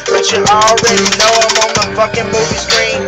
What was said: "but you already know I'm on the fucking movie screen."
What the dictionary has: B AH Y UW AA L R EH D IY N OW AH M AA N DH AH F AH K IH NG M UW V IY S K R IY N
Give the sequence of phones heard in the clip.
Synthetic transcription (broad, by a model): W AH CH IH AA L R EH D IY L OW AH M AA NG DH AH F AH K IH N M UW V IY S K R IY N